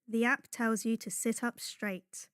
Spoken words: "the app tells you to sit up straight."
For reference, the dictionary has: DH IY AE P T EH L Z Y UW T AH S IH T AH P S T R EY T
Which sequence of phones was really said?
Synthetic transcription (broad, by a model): DH IY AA P T EH L Z Y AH T AH S IH T AH P S T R EY T